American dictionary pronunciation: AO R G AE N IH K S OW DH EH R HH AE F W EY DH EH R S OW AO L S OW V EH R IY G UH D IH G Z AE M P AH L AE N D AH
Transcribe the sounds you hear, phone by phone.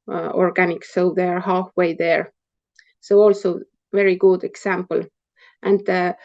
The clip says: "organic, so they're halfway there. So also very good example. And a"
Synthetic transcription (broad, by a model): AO R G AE N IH K S OW DH EH R HH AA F W EY DH EH R S OW AO L S OW V EH R IY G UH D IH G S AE M P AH L AE N D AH